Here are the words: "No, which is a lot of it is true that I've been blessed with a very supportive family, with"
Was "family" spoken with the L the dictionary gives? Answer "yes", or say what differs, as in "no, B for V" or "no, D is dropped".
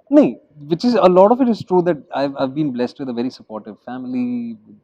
no, L is dropped